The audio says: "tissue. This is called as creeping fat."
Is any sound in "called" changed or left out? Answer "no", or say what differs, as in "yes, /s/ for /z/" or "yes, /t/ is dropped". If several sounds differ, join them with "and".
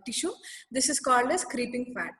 no